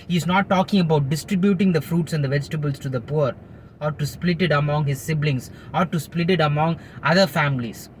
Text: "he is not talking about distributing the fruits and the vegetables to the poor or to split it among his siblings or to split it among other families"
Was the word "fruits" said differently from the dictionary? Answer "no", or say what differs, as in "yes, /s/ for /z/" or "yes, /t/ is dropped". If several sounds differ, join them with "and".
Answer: no